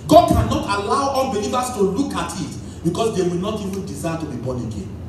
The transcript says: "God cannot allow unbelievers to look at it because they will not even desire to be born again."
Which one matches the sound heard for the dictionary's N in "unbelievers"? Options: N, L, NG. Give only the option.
L